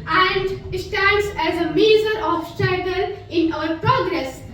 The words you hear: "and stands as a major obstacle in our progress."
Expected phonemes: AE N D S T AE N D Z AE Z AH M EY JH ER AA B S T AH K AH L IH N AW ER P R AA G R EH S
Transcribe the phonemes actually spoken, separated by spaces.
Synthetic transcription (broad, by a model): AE N D S T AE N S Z AE Z AH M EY Z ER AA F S T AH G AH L IH N AW ER P R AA G R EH S